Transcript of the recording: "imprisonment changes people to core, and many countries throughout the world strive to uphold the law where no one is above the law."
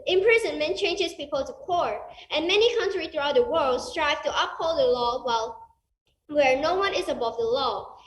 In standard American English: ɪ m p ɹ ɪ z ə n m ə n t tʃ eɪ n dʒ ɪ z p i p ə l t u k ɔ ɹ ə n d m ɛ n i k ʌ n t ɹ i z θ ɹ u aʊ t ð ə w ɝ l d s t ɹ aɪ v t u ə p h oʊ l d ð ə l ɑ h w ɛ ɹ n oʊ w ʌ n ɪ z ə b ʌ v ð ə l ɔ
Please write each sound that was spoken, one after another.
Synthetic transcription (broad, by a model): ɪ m p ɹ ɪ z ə n m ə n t tʃ eɪ n dʒ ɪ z p i p ə l t u k ɔ ɹ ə n m ɛ n i k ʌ n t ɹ i θ ɹ u aʊ t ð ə w ɝ l d s t ɹ aɪ v t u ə p h oʊ l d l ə w ɑ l w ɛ ɹ n oʊ w ʌ n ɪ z ə b ʌ v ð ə l ɔ